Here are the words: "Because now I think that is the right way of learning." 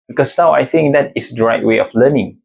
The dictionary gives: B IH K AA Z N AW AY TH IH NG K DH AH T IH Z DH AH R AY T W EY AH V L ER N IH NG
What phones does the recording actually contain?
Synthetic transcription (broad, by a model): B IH K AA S N AW AY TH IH NG K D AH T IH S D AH R AY T W EY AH F L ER N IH NG